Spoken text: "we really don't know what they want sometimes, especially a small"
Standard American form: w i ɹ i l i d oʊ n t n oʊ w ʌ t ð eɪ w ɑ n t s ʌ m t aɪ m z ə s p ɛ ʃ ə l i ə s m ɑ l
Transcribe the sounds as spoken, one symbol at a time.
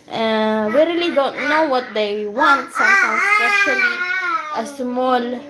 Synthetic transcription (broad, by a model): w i ɹ i l i d oʊ n t n oʊ w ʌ t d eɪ w ɑ n t s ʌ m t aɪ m s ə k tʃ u ə l i ə s m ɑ l